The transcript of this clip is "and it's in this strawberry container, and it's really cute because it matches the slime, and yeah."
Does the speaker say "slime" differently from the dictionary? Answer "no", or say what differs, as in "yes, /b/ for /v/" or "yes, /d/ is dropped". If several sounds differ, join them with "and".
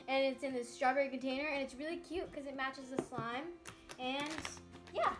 no